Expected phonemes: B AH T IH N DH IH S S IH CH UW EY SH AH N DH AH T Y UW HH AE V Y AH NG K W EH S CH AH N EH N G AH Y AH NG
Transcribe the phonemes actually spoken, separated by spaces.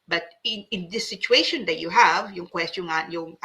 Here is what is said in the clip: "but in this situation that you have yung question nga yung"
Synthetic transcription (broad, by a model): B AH T IH N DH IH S S IH CH UW EY SH AH N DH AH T Y UW HH AE V Y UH NG K W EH S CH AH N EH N Y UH NG